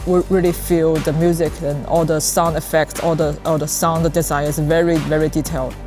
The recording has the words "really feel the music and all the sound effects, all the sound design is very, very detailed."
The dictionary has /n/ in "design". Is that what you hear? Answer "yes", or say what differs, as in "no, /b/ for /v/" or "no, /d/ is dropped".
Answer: no, /n/ is dropped